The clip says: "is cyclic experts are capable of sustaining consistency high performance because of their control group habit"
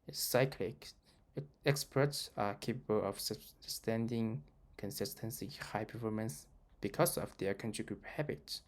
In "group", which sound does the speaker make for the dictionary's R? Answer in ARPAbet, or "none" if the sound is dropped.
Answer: R